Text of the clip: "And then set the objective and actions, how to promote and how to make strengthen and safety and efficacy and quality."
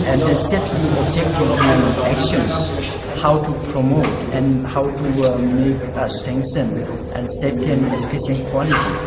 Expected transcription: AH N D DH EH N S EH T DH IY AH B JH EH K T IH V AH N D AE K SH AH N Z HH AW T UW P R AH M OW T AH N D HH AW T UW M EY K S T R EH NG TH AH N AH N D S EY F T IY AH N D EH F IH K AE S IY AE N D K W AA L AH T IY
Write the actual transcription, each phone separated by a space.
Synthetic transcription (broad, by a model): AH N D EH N S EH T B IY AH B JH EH K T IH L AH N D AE K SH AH N S HH AW T UW P R AH M OW T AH N HH AW T UW M EY K S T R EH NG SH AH N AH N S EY T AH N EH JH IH K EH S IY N K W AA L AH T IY